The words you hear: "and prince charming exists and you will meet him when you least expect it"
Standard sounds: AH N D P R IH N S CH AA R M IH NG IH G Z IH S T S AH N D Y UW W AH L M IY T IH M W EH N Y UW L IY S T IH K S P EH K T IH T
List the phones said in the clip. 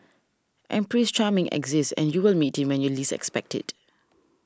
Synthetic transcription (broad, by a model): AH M P R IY S CH AA M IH NG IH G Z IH S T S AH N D Y UW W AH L M IY T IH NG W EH N Y UW L IY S IH K S P EH K T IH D